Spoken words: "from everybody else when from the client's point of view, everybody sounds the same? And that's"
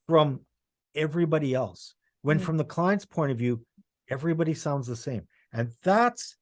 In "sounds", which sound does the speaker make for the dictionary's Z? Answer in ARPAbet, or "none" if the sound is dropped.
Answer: Z